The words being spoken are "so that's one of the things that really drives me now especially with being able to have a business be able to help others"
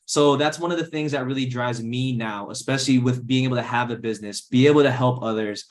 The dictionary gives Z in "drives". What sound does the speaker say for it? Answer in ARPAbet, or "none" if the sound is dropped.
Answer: Z